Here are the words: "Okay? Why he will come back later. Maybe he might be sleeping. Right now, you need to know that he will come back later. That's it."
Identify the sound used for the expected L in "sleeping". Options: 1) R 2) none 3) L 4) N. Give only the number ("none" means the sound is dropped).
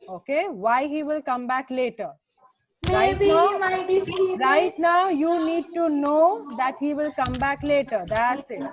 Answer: 2